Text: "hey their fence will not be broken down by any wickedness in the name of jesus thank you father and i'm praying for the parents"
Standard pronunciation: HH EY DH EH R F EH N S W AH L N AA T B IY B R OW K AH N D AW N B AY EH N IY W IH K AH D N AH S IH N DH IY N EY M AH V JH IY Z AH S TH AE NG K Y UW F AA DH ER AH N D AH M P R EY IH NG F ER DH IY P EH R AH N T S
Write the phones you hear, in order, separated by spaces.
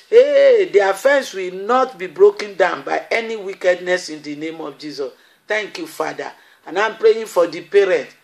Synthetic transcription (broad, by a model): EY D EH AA F EH N S W AH L N AA T B IY B R OW K AH N D AW N B AY EH N IY W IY K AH D N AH S IH N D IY N EY M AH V JH IY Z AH S T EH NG K Y UW F AA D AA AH N AH M P R EY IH F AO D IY P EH R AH N T